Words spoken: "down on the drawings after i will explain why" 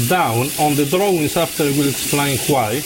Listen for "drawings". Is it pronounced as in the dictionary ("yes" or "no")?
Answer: no